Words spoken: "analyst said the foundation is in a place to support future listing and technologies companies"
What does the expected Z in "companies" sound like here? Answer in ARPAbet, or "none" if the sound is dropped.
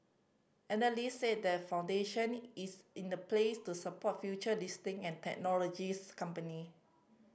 none